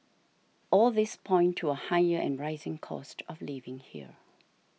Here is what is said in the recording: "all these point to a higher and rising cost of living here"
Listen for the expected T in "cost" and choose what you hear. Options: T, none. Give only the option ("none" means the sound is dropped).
T